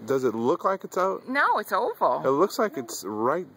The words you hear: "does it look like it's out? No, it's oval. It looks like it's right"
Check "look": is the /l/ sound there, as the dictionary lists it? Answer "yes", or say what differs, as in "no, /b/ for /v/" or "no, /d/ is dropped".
yes